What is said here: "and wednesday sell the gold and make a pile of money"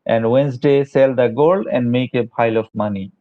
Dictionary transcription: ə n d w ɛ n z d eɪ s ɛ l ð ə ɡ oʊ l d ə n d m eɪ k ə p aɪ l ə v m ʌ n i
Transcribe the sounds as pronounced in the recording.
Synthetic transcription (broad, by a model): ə n d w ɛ n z d eɪ s ɛ l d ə ɡ oʊ l ə n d m eɪ k ə p aɪ l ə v m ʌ n i